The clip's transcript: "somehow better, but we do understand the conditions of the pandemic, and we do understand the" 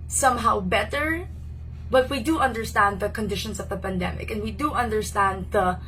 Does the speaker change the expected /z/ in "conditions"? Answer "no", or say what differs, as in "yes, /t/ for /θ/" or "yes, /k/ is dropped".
yes, /s/ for /z/